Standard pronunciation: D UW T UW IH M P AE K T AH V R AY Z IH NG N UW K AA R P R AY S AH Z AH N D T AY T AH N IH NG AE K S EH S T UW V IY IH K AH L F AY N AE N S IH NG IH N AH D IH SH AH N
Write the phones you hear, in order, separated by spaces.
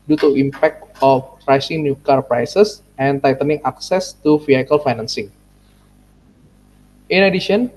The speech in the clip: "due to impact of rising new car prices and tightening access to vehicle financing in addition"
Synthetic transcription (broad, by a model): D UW T UW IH M P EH K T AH P R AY S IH NG N UW K AA R P R AY S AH S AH N T AY T AH N IH NG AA K S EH S T UW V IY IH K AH L F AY N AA N S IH NG IH N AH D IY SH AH N